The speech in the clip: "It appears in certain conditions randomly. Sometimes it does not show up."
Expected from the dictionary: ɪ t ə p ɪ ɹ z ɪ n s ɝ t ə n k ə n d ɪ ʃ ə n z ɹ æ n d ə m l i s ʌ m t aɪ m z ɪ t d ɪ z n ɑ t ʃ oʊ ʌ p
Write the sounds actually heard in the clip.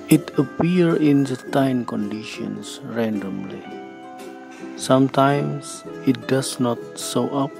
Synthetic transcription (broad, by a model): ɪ t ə p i ɹ ɪ n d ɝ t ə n k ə n d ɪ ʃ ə n s ɹ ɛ n d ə m l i s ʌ m t aɪ m s ɪ t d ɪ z n ɑ t s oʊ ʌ p